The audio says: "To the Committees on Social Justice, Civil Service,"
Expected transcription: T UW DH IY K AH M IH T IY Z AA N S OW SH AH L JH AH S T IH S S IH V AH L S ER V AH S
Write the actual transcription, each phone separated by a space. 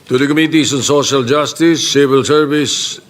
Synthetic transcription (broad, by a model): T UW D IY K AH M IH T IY S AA N S OW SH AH L JH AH S T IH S S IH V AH L S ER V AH S